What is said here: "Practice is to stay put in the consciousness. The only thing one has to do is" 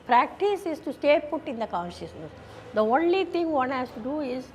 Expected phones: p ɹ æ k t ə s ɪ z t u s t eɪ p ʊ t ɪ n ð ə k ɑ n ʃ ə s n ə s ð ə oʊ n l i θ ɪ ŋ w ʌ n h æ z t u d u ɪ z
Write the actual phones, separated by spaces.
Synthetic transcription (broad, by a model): p ɹ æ k t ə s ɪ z t u s t eɪ p ʊ t ɪ n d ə k ɑ n ʃ ə s n ə s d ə oʊ n l i t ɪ ŋ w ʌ n h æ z t u d u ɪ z